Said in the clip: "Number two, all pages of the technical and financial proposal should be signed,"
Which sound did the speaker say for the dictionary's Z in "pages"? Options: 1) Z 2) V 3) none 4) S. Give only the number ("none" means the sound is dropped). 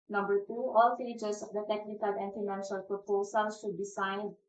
4